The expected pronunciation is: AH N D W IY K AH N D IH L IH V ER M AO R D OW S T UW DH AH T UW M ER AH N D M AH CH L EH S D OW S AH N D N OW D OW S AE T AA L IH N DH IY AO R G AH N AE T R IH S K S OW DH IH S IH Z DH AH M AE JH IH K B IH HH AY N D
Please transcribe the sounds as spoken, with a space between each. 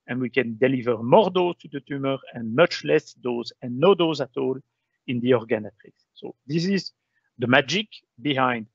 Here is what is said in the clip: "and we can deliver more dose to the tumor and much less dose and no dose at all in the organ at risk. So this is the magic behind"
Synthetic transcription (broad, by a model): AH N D W IY K AH N D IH L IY V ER M AO R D OW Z T UW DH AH T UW M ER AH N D M AH CH L EH S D OW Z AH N N OW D OW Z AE T AA L IH N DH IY AO R G AH N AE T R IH K S OW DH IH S IH Z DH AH M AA JH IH K B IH HH AY N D